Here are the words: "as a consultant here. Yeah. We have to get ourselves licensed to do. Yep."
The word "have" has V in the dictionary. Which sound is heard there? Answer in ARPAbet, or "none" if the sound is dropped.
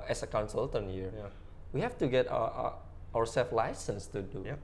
F